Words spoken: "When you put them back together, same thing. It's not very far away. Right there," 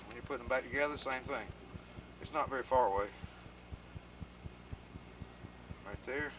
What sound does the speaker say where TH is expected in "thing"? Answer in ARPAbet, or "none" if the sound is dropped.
TH